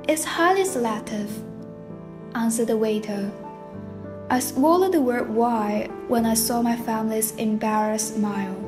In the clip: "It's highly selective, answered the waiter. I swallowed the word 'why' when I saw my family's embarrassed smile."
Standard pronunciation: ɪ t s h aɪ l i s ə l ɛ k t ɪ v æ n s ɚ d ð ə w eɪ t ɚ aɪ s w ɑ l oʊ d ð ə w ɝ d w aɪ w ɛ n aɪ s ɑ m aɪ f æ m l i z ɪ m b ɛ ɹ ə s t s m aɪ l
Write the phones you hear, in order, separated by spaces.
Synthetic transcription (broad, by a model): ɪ t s h aɪ l i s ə l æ t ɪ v æ n s ɚ d ð ə w eɪ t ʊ aɪ s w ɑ l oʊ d ð ə w ɝ d w aɪ w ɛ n aɪ s ɑ m aɪ f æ m l i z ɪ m b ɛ ɹ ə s s m aɪ l